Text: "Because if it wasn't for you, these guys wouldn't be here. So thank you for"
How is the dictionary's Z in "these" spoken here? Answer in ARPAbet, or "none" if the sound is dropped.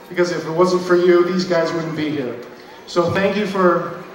Z